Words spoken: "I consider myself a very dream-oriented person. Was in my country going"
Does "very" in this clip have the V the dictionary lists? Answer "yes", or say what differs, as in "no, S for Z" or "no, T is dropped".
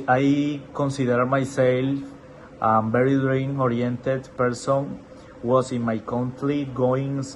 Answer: no, B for V